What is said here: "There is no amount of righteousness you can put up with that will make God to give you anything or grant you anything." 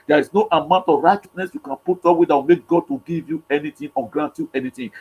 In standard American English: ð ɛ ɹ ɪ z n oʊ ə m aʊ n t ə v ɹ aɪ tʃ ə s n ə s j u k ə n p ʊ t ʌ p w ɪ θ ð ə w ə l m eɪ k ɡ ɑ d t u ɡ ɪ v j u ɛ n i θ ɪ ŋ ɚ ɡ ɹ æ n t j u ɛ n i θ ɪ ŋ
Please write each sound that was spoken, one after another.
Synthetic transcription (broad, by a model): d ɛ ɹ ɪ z n oʊ ə m aʊ n t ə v ɹ aɪ tʃ ə s n ə s j u k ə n p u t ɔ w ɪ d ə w m eɪ k ɡ ɑ d t u ɡ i v j u ɛ n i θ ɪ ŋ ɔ ɡ ɹ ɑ n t j u ɛ n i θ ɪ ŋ